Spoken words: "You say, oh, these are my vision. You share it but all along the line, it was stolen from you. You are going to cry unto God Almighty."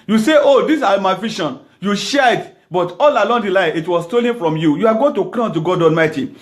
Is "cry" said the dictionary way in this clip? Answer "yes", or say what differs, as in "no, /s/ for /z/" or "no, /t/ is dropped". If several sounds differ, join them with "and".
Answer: no, /l/ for /ɹ/